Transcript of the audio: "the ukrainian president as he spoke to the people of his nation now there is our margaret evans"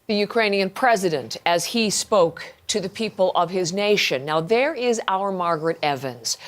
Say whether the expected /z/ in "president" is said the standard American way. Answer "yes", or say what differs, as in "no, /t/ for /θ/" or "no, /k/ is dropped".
yes